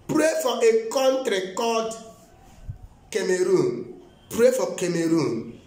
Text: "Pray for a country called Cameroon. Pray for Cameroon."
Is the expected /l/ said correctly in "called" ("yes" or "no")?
no